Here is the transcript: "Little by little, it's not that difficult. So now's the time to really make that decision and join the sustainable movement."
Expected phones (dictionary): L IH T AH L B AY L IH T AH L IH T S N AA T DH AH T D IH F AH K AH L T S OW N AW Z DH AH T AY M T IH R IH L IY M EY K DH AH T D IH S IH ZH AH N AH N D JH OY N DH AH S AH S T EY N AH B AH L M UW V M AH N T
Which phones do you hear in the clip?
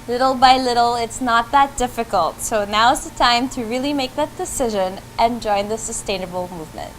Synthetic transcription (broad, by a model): L IH T L B AY L IH T L IH T S N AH T DH AH T D IH F AH K AH L T S OW N AW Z DH AH T AY M T IH R IH L IY M EY K DH AH T D IH S IH ZH AH N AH N JH OY N DH AH S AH S T EY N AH B L M UW V M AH N T